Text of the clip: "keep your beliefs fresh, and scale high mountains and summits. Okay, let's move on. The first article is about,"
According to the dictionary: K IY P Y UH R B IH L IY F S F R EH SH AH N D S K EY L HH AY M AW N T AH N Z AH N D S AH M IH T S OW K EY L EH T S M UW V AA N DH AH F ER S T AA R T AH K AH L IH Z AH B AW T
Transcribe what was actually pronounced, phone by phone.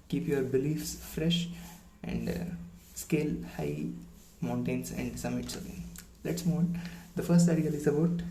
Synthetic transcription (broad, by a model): K IY P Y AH R B IH L IY F S F R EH SH AH N D S K EY L HH AY M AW N T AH N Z AH N D S AH M IH T S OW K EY L EH T S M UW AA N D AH F ER S T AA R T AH AH L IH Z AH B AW T